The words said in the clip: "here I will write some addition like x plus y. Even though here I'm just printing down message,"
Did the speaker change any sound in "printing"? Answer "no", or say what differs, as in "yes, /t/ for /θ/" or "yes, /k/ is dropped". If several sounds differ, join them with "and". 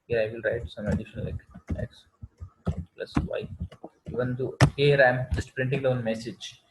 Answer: no